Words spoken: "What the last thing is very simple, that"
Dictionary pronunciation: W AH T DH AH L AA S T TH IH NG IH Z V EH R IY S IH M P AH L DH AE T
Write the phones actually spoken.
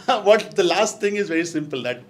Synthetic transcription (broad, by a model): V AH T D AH L AA S T T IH NG IH Z V EH R IY S IH M P AH L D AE T